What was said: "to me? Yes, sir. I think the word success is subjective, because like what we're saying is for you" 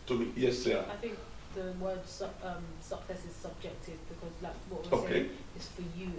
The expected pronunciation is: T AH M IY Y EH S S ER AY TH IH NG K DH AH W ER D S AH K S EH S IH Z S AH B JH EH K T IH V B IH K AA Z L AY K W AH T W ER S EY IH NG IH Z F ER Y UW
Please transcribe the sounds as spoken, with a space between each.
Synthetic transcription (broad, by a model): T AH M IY Y EH S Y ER AY TH IH NG K DH AH W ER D S AH K S EH S IH Z S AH B JH EH K T IH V B IH K AA Z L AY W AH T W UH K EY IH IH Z F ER Y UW